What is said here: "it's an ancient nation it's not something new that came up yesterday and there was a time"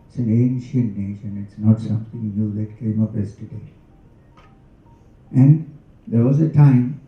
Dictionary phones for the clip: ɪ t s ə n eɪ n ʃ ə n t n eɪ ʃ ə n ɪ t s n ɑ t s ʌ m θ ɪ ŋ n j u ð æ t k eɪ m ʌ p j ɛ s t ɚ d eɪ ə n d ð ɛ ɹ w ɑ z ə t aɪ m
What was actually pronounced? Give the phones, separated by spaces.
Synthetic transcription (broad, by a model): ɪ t s ə n eɪ n ʃ ə n t n eɪ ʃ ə n ɪ t s n ɑ t s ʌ m t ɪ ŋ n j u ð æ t k eɪ m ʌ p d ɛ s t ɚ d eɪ ə n d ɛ ɹ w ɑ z ə t aɪ m